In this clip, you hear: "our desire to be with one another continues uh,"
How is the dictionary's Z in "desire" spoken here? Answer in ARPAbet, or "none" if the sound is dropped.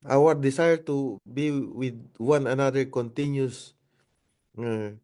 S